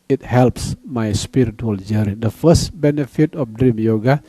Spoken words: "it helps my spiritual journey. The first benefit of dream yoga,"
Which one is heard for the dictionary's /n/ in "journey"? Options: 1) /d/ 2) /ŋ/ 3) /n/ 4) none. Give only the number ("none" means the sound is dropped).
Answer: 4